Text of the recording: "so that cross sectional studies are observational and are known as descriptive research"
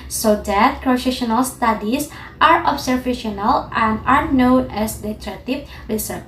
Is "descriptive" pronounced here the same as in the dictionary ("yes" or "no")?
no